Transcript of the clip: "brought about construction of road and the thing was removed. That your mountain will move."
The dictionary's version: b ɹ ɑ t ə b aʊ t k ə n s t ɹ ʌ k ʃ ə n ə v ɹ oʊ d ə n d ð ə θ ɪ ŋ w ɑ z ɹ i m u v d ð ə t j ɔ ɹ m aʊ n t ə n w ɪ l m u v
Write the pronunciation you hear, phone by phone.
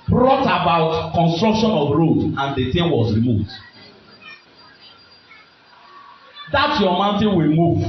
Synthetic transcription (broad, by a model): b ɹ ɑ t ə b aʊ t k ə n s t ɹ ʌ k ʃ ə n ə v ɹ oʊ d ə n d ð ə t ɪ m w ɑ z ɹ i m u v d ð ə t j ɔ m aʊ n t ə n w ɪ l m u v